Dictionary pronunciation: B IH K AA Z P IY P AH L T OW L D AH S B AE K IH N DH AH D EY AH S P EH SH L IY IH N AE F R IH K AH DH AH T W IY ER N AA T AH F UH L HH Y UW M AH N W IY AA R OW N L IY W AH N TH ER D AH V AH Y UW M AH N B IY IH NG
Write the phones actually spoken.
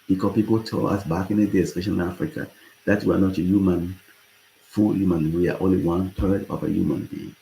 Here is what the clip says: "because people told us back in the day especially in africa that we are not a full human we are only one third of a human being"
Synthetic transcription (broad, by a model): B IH K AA P IY P AH L T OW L AH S B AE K IH N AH D EY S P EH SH IY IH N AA F R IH K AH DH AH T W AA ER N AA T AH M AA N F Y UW M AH N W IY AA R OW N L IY W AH N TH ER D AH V AH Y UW M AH N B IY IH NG